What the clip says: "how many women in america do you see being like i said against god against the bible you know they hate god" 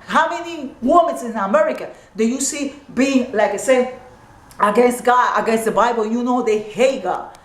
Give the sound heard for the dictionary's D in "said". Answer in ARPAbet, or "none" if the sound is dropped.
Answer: none